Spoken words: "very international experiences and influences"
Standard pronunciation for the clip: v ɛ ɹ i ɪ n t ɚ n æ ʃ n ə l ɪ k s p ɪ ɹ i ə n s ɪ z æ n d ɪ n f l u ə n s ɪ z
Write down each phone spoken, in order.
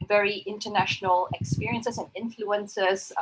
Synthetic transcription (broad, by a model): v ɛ ɹ i ɪ n t ɚ n æ ʃ n ə l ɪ k s p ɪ ɹ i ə n s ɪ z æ n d ɪ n f l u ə n s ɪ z